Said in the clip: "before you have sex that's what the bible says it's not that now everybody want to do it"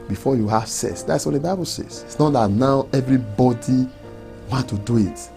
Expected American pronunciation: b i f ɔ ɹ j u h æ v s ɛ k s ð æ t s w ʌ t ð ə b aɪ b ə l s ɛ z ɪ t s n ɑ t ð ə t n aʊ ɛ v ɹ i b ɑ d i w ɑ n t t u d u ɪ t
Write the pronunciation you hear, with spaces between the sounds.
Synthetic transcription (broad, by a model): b i f ɔ j u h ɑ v s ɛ s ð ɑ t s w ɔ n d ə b aɪ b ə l s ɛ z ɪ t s n ɑ t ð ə t n aʊ ɛ v ɹ i b ɑ d i w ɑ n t t u d u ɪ t